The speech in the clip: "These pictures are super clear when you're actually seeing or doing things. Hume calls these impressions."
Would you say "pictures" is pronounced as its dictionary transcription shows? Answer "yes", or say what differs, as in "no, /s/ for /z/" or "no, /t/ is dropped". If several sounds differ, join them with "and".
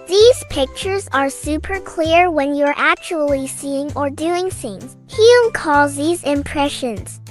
yes